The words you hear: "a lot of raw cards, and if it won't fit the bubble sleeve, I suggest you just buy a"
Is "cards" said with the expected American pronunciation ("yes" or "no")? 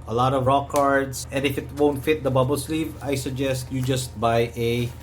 no